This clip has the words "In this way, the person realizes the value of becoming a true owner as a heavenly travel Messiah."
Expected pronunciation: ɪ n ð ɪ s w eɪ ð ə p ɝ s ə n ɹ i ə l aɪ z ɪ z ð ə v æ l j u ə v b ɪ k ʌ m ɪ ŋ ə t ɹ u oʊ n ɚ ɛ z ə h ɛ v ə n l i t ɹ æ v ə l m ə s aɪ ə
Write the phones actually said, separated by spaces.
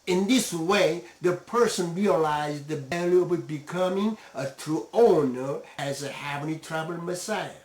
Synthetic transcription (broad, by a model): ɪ n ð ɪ s w eɪ ð ə p ɝ s ə n ɹ i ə l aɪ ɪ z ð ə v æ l j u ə b b ɪ k ʌ m ɪ ŋ ə t ɹ u oʊ n ɚ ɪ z ə h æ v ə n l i t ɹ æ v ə l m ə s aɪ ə